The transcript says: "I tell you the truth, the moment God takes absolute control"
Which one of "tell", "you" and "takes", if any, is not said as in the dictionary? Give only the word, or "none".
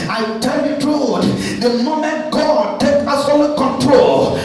takes